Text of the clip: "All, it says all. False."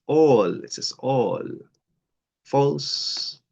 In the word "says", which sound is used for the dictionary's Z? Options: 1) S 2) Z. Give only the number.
1